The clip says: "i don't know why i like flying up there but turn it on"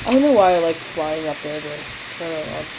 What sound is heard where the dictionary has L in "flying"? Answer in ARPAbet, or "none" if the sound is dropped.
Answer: L